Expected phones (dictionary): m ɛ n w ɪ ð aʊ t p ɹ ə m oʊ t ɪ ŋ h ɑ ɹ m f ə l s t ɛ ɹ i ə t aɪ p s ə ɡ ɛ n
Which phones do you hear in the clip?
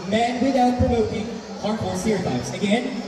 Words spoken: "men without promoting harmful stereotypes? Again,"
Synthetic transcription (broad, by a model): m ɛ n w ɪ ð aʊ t p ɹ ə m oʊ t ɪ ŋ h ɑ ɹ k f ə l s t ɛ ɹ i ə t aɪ s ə ɡ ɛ n